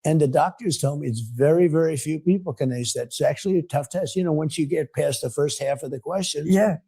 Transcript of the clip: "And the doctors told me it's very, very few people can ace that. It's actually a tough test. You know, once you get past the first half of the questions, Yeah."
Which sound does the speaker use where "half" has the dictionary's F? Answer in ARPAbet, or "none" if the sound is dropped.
F